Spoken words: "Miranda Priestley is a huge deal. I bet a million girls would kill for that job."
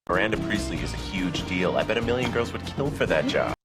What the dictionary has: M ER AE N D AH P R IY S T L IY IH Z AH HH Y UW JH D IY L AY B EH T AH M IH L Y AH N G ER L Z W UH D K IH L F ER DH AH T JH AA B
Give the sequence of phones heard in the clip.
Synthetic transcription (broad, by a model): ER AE N D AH P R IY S L IY IH Z AH HH Y UW JH D IY L AY B EH T AH M IH L Y AH N G ER L Z W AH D K IH L F ER DH AH T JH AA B